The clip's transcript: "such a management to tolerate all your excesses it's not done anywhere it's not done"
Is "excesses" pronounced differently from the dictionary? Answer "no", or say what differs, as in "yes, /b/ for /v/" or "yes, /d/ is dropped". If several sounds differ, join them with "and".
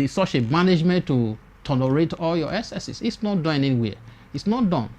yes, /k/ is dropped and /s/ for /z/